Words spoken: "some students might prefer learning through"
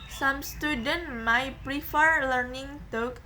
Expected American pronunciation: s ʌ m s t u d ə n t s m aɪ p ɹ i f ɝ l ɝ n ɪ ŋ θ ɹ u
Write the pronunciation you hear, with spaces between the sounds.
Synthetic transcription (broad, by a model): s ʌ m s t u d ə n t m aɪ p ɹ i f ɝ l ɝ n ɪ ŋ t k